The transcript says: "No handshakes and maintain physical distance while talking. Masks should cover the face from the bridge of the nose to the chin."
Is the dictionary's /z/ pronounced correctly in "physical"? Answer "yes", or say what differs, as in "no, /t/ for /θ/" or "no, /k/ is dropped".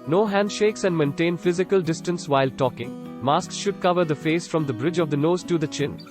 yes